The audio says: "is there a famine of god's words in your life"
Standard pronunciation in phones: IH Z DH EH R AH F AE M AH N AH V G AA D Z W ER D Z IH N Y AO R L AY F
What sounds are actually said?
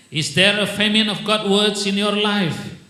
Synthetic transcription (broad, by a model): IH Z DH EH R AH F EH M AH N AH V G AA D W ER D S IH N Y AO R L AY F